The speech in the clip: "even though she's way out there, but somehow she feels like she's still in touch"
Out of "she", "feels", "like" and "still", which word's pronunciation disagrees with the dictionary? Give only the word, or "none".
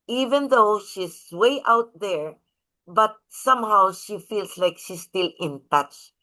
feels